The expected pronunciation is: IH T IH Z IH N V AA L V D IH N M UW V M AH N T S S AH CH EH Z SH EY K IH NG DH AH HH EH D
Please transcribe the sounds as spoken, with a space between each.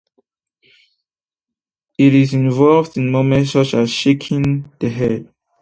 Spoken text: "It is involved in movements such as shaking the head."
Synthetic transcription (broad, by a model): IH T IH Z IH N V AA L V D IH N M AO M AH N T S S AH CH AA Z SH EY K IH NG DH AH HH EH D